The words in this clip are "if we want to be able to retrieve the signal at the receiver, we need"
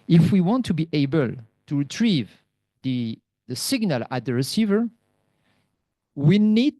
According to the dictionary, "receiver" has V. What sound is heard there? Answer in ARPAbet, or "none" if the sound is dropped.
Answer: V